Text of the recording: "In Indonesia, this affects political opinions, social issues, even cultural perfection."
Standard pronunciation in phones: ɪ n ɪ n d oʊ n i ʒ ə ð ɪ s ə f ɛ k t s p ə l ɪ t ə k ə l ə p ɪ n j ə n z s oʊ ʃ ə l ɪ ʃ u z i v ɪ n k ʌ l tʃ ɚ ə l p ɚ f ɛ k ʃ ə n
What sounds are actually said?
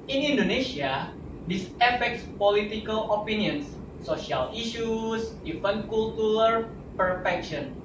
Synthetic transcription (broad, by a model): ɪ n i n d oʊ n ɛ s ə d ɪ s ə f ɛ k t s p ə l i t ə k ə l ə p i n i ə n s oʊ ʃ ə l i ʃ u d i f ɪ n k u l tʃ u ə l p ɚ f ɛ k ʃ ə n